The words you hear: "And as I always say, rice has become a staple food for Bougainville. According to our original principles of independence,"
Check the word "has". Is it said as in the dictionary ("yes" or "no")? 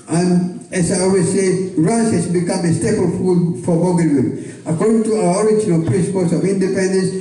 no